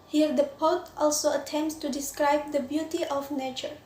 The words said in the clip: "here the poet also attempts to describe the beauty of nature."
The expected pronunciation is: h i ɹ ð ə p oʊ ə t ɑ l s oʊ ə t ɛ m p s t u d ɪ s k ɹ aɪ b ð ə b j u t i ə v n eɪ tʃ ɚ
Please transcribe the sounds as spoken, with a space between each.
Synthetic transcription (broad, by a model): h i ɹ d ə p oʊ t t ɑ l s oʊ ə t ɛ m p s t u d ɪ s k ɹ aɪ b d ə b j u t i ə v n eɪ tʃ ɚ